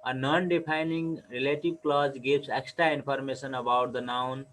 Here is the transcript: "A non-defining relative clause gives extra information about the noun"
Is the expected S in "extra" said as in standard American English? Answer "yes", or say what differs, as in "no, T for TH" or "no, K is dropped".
yes